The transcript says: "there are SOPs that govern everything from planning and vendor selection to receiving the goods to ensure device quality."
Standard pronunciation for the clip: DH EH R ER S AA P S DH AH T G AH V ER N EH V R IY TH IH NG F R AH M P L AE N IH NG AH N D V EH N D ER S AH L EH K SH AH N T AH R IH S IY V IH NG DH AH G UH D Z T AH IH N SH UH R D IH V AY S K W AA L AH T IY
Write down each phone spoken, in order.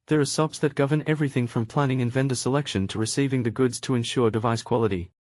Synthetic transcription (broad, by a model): DH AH R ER S AA P S DH AH T G AH V ER N EH V R IY TH IH NG F R AH M P L AE N IH NG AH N V EH N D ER S AH L EH K SH AH N T AH R IH S IY V IH NG DH AH G UH D Z T AH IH N SH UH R D IH V AY S K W AA L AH T IY